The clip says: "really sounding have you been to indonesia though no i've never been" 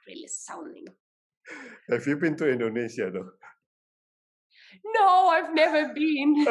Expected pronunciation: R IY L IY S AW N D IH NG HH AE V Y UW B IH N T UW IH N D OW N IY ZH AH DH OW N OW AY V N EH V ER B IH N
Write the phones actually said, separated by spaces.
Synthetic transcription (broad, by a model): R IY L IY S AW N D IH NG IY F Y UW B IH N T UW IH N D OW N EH SH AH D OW N OW AY V N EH V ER B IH N